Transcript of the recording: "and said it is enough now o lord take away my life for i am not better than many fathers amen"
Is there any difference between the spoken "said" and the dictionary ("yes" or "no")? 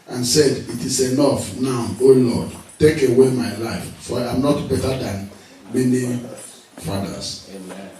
no